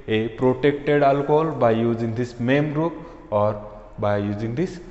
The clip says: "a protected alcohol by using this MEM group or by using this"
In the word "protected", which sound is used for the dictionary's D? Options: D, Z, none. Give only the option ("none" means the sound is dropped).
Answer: D